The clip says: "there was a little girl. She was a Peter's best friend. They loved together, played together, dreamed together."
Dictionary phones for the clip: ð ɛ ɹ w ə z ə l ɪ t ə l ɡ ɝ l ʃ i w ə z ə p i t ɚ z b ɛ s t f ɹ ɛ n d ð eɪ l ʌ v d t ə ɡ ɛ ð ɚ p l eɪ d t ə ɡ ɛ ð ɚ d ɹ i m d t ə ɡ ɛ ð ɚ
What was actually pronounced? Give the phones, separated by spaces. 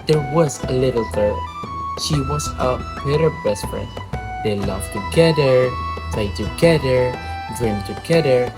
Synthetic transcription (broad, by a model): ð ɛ ɹ w ə z ə l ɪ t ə l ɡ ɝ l ʃ i w ə z ə b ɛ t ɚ b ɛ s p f ɹ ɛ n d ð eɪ l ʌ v t ə ɡ ɛ ð ɚ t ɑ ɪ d t ə ɡ ɛ ð ɚ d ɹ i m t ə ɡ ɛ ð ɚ